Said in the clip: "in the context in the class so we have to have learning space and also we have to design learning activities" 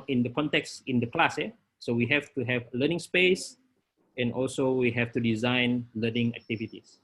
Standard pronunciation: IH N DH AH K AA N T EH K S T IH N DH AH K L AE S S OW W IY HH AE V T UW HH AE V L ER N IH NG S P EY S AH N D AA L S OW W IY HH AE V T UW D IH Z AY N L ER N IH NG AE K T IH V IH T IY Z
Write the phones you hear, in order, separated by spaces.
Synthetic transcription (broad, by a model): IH N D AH K AA N T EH K S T IH N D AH K L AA S S OW W IY HH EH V T UW HH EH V L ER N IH NG S P EY S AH N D AA L S OW W IY HH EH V T UW D IH Z AY N L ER N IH NG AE K T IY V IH T IY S